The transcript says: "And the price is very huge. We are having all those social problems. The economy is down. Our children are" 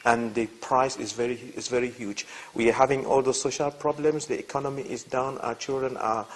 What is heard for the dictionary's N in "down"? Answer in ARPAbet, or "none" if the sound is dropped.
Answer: N